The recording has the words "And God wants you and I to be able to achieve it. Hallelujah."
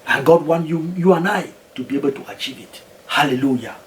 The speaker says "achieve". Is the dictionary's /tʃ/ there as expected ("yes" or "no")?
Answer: yes